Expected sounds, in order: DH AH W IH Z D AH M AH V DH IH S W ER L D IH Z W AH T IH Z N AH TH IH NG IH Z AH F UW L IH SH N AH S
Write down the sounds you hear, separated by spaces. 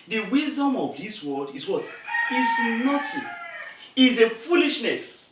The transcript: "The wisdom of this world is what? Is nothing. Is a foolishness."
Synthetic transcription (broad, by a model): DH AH W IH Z D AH M AH V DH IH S W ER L D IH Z W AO T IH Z N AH T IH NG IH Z AH F UW L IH SH N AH S